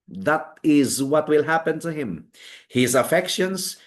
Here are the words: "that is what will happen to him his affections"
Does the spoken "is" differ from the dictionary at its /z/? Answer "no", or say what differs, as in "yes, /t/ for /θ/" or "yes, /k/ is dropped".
no